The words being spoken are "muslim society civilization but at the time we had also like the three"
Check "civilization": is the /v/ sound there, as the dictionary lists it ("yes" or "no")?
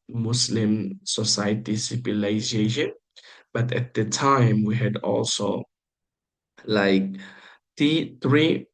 no